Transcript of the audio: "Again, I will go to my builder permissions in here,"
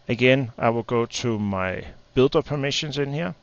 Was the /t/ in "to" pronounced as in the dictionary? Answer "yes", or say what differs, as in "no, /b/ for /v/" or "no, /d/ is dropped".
no, /s/ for /t/